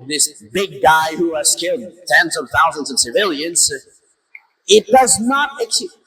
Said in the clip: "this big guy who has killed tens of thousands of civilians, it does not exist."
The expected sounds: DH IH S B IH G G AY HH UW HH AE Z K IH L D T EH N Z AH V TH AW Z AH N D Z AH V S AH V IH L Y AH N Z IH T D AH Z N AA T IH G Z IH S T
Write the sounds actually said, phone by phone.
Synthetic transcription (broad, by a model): DH IH S B IH G G AY HH UW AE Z K IH L D T EH N Z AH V TH AW Z AH N D Z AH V S AH V IH L Y AH N Z IH T D AH Z N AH T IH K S